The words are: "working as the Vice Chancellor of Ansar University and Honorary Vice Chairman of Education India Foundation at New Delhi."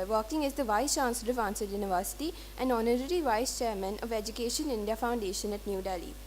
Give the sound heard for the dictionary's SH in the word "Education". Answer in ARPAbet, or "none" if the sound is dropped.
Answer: SH